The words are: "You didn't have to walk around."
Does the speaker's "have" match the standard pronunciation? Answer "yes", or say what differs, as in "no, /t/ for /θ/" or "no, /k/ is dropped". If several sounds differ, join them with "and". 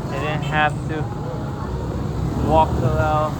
no, /f/ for /v/